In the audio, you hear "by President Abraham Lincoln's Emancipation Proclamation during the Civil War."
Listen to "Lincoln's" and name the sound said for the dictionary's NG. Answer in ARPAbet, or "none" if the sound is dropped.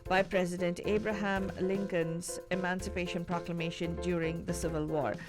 NG